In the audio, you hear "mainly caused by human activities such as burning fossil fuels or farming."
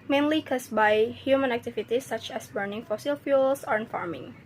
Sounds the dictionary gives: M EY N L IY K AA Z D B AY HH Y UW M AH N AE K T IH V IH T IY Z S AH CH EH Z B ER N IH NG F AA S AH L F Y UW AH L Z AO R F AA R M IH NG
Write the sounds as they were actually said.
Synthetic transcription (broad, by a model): M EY N L IY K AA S B AY HH Y UW M AH N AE K T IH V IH T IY S AH CH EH S B ER N IH NG F AA S AH L F Y UW L S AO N F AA R M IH NG